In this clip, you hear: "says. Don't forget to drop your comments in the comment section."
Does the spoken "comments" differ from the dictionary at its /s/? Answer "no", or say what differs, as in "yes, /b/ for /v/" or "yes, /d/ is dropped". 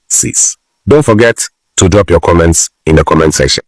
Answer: no